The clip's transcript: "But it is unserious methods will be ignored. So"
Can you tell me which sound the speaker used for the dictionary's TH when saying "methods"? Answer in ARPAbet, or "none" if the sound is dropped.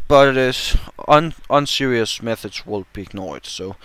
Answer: TH